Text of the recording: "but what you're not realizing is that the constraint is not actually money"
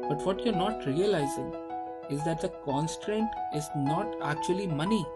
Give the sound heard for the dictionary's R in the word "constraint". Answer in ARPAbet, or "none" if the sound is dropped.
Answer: R